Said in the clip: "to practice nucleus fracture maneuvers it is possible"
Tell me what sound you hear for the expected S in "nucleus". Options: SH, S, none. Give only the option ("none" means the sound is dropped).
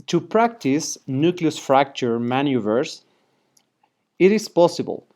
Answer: S